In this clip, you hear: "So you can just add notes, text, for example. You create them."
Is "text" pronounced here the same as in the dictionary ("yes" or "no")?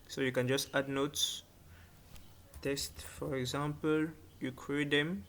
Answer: no